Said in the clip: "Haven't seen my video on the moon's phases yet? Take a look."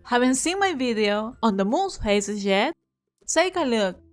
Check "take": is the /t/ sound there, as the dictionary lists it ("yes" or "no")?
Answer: no